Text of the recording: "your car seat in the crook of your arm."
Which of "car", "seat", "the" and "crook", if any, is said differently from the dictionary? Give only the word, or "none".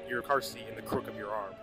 seat